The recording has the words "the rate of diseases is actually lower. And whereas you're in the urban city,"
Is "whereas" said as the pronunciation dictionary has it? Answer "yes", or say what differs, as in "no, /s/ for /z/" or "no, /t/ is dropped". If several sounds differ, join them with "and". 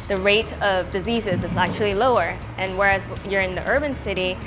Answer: yes